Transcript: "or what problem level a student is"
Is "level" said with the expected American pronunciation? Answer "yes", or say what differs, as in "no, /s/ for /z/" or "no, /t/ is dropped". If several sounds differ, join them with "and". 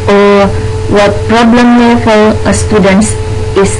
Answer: no, /f/ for /v/